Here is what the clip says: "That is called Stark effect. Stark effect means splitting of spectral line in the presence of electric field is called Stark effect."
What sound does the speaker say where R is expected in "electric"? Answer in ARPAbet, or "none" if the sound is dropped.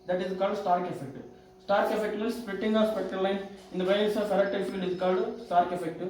none